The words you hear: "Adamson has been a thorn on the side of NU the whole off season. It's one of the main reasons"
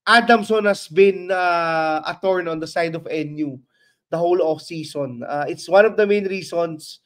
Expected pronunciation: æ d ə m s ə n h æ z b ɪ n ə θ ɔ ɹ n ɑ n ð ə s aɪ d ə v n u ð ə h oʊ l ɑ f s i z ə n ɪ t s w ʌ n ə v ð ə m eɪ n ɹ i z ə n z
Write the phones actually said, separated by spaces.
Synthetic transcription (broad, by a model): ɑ d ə m s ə n h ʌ s b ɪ n ə t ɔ ɹ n ɑ n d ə s aɪ d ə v n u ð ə h oʊ l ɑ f s i s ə n ɪ t s w ʌ n ə v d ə m eɪ n ɹ i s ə n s